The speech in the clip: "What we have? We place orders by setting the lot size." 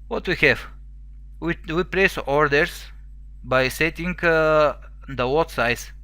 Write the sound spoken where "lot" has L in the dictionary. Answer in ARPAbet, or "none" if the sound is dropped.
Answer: W